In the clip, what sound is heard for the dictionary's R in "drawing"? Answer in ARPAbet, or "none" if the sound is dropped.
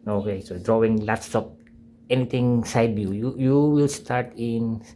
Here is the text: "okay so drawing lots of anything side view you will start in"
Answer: R